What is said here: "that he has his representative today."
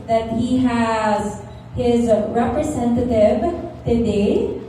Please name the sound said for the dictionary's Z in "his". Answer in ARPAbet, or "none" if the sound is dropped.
Z